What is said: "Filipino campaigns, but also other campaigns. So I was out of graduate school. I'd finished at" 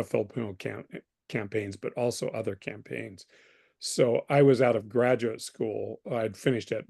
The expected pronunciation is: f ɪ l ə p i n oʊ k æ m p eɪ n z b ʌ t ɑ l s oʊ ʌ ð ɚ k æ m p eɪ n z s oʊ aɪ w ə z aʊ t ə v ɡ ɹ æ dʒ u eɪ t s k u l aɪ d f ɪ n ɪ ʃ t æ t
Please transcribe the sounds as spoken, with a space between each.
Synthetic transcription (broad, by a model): f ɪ l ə p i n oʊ k æ m p eɪ n z b ʌ t ɑ l s oʊ ʌ ð ɚ k æ m p eɪ n z s oʊ aɪ w ə z aʊ t ə v ɡ ɹ æ dʒ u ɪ t s k u l aɪ d f ɪ n ɪ ʃ t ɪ t